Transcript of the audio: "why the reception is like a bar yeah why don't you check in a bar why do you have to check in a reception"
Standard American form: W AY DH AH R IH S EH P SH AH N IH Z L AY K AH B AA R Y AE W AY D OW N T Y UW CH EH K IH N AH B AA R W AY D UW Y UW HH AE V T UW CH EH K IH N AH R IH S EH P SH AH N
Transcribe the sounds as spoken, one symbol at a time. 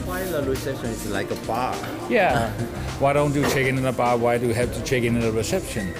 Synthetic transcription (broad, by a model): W AY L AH L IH S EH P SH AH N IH S L AY K AH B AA Y AE W AY D OW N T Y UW CH EH K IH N AH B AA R W AY D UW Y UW HH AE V T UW CH EH K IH N AH R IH S EH P SH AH N